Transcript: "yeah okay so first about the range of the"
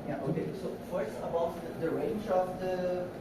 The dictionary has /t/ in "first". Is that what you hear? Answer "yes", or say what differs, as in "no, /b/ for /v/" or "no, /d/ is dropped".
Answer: no, /t/ is dropped